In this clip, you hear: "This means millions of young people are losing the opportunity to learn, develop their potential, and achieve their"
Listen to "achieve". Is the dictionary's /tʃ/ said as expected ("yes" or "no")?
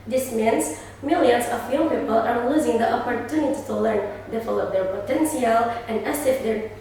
no